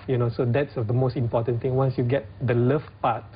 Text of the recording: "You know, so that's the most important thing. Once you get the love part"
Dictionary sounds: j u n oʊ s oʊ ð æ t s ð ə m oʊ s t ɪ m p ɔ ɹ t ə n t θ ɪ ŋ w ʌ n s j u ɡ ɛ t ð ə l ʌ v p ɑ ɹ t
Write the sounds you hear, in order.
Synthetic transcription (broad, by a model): j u n oʊ s oʊ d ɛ t s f ə m oʊ s t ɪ m p ɔ t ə n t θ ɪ ŋ w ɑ n s j u ɡ ɛ t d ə l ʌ f p ɑ t